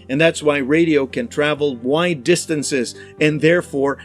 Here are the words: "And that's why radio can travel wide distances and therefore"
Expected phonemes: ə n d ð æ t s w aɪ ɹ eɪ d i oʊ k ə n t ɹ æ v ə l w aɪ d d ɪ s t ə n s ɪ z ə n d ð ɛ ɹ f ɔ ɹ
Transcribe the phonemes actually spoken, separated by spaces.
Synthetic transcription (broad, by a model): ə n ð æ t s w aɪ ɹ eɪ d i oʊ k ə n t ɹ æ v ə l w aɪ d d ɪ s t ə n s ɪ z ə n ð ɛ ɹ f ɔ ɹ